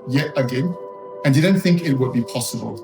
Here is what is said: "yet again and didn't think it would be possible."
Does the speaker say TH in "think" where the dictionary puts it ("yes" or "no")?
yes